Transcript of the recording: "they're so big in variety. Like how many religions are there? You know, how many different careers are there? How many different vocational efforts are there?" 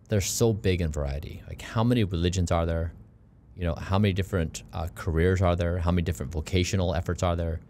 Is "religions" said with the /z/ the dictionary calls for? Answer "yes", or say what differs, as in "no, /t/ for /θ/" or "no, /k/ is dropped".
yes